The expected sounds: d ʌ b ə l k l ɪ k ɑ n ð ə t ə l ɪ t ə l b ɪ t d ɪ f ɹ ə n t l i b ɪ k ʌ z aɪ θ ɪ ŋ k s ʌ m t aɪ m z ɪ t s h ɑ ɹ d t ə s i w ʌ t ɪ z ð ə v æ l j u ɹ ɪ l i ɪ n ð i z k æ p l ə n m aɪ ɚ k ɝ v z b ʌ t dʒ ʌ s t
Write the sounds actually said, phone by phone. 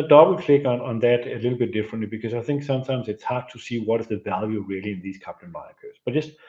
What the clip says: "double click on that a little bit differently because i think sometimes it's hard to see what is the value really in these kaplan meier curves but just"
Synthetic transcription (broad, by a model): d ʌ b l k l ɪ k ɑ n ð ə t ə l ɪ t l b ɪ t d ɪ f ɹ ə n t l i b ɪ k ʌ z aɪ θ ɪ ŋ k s ʌ m t aɪ m z ɪ t s h ɑ ɹ d t ə s i w ʌ t ɪ z ð ə v æ l j u ɹ ɪ l i ɪ n ð i z k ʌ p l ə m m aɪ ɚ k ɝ z b ʌ t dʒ ʌ s t